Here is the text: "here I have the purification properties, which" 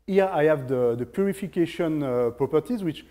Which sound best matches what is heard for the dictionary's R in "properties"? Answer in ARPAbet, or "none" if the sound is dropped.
R